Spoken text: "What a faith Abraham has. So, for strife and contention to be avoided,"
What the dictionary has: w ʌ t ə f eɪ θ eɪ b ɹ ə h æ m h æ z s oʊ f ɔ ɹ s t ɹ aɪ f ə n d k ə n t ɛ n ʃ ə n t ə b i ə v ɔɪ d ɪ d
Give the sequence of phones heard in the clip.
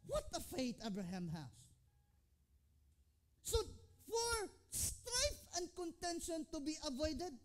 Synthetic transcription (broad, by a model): w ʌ t ə f eɪ t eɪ b ɹ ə h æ m h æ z s oʊ f ɔ ɹ s t ɹ aɪ f ə n d k ə n t ɛ n ʃ ə n t ə b i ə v ɔɪ d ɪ d